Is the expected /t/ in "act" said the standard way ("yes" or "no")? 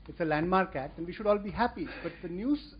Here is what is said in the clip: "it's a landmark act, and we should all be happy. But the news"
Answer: yes